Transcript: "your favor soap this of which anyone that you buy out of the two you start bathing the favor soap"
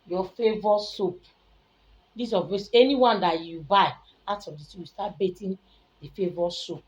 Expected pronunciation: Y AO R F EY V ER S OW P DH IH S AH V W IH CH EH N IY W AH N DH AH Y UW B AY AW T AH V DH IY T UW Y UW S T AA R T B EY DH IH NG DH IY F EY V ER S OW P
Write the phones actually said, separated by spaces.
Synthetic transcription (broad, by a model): Y AO F EY V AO S OW P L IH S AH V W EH S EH N IY W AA N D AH Y UW B AY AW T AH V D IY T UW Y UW S T AA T B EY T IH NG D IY F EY V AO S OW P